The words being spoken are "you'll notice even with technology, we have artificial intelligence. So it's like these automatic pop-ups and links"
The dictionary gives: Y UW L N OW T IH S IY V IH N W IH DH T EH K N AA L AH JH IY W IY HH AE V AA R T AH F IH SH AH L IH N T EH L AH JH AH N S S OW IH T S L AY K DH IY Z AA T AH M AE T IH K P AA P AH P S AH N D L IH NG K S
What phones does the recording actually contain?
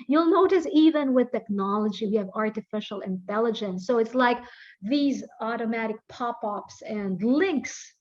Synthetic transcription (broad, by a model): Y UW L N OW T IH S IY V IH N W IH DH T EH K N AA L AH JH IY W IY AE V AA R T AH F IH SH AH L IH N T EH L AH JH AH N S S OW IH T S L AY K DH IY Z AA T AH M AE T IH K P AA P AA P S AH N D L IH NG K S